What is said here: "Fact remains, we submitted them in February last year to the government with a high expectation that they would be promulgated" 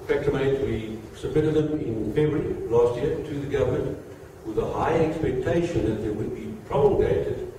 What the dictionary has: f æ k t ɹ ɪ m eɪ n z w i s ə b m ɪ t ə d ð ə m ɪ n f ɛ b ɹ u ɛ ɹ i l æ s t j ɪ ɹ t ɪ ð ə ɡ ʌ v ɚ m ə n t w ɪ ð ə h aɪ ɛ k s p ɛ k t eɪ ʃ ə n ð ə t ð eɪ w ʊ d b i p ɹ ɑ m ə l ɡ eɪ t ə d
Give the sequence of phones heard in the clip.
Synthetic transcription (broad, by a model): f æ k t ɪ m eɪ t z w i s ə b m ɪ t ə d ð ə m ɪ n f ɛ ɹ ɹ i l æ s t j ɪ ɹ t ɪ ð ə ɡ ʌ v ɚ m ə n t w ɪ ð ə h aɪ ɛ k s p ɛ k t eɪ ʃ ə n ð ə t ð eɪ w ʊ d b i p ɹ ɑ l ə ɡ eɪ t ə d